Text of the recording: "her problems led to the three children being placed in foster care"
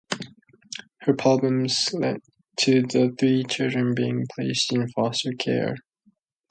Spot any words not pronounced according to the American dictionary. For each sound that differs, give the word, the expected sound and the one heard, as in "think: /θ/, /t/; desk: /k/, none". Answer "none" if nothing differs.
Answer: none